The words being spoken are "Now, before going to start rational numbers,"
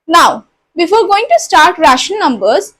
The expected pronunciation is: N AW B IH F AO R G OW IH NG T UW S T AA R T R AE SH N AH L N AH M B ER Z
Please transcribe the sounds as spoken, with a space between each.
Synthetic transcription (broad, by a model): N AW B IH F AO R G OW IH NG T UW S T AA R T R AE SH AH N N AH M B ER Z